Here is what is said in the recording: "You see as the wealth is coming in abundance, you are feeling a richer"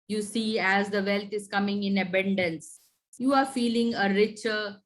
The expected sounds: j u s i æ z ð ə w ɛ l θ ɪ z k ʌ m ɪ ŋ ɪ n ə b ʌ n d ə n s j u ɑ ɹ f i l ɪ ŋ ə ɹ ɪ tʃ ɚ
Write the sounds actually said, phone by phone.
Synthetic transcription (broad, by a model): j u s i æ z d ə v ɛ l t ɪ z k ʌ m ɪ ŋ ɪ n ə b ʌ n d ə n s j u ɑ ɹ f i l ɪ ŋ ə ɹ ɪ tʃ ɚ